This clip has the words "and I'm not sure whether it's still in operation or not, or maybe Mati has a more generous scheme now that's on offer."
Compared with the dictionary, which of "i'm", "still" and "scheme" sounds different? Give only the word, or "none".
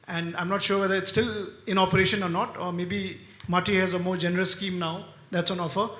none